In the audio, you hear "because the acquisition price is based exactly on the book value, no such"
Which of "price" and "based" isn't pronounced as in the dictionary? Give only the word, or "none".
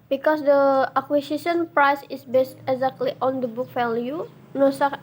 none